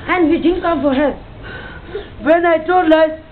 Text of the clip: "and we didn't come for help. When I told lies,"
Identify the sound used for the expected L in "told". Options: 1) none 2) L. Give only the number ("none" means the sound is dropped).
1